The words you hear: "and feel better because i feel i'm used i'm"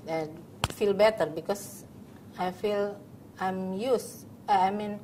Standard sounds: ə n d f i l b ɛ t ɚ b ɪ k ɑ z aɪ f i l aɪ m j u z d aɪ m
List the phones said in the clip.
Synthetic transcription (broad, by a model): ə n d f i l b ɛ t ɚ b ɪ k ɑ s aɪ f i l aɪ m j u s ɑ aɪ m